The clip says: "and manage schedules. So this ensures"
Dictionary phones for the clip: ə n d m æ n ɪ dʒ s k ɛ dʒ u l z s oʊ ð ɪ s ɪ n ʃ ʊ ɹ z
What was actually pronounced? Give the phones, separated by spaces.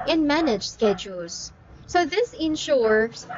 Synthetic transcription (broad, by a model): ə n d m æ n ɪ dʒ s k ɛ dʒ u l z s oʊ ð ɪ s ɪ n ʃ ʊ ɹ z